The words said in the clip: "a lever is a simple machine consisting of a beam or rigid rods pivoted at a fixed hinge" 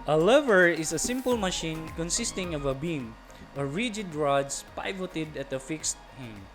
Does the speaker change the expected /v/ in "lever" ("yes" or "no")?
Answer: no